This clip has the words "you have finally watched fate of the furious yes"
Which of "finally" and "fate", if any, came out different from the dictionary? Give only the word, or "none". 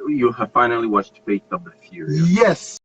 fate